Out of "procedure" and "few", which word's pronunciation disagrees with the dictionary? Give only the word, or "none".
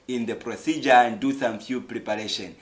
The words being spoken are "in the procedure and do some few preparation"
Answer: none